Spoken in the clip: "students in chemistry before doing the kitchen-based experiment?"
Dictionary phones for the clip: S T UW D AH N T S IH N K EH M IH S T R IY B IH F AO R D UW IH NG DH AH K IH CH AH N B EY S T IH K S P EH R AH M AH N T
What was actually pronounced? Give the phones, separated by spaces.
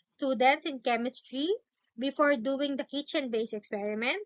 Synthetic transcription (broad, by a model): S T UW D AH N T S IH N K EH M IH S T R IY B IH F AO R D UW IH NG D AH K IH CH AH N B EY S IH K S P EH R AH M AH N T